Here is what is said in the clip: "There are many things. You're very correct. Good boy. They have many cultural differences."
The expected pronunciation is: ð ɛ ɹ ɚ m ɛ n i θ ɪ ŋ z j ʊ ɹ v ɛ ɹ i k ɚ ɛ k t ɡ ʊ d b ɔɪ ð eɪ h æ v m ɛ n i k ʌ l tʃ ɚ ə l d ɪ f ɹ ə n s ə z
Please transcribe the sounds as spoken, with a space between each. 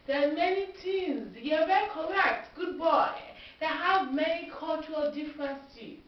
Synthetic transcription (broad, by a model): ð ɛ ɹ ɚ m ɛ n i t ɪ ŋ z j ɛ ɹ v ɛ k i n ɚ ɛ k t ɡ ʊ d b ɔɪ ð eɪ h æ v m ɛ n i k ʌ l tʃ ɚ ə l d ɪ f ɹ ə n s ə